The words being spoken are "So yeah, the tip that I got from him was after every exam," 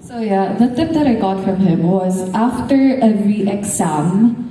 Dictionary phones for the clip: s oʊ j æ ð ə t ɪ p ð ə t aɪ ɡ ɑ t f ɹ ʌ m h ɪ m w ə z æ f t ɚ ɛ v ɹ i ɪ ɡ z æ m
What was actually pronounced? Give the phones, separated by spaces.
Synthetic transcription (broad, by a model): s oʊ j æ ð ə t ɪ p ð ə t aɪ ɡ ɑ t f ɹ ʌ m h ɪ m w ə z æ f t ɚ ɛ ɹ i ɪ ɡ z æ m